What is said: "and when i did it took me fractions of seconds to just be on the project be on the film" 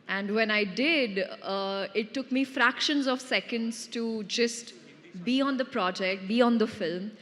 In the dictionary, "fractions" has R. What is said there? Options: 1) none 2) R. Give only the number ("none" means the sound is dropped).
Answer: 2